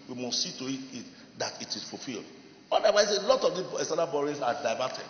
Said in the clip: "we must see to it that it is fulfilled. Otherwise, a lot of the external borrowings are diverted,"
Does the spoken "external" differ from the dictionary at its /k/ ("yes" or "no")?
yes